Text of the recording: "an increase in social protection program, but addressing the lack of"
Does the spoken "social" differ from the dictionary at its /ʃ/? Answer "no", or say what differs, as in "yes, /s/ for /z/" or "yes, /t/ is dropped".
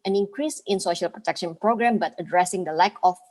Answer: no